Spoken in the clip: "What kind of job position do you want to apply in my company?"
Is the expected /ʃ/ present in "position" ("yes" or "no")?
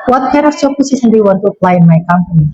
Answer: no